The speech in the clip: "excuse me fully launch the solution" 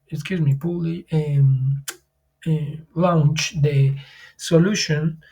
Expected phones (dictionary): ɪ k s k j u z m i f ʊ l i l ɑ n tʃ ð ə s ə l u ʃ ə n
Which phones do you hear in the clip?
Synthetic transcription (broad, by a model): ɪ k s k j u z m i p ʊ l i l ɑ n tʃ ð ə s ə l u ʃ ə n